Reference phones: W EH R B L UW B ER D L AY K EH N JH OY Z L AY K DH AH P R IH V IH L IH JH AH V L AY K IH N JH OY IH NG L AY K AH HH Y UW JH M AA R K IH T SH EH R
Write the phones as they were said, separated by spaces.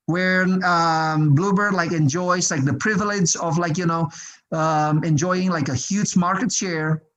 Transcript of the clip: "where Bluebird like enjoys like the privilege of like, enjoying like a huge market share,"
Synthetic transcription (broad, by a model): W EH R B L UW B ER D L AY K EH N JH OY Z L AY K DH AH P R IH V IH L IH JH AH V L AY K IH N JH OY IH NG L AY K AH HH Y UW JH M AA R K IH T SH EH R